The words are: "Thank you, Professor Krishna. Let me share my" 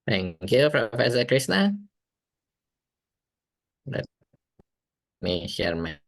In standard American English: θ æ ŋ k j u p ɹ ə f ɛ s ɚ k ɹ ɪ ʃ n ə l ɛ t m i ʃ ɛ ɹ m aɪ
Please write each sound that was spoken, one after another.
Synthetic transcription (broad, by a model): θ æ ŋ k j u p ɹ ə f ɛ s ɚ k ɹ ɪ s n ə l ɛ t m i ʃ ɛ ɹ m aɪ